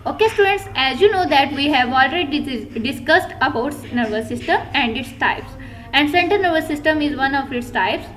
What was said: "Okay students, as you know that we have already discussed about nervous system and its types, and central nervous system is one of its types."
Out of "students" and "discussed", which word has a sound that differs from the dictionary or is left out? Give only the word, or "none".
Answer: none